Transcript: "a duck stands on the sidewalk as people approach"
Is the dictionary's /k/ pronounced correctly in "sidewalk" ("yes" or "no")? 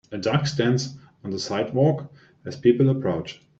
yes